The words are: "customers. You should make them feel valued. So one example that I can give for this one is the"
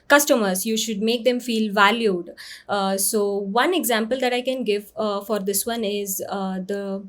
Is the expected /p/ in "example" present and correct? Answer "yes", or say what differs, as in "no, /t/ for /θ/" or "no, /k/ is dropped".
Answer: yes